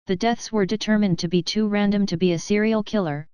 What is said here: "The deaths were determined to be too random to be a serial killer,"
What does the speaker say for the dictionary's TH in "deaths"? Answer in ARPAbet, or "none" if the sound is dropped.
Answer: TH